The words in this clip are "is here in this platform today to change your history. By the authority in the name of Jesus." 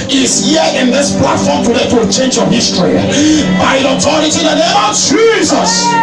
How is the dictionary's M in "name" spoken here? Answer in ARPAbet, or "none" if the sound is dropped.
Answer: none